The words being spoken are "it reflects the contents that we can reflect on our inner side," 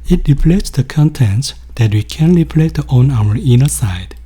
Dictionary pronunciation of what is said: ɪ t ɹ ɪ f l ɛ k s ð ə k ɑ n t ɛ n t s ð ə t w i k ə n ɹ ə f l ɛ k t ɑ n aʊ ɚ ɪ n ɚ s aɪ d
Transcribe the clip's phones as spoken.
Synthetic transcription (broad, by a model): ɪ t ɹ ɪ p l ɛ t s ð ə k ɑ n t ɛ n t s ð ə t w i k ə n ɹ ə p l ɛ t ɑ n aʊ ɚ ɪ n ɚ s aɪ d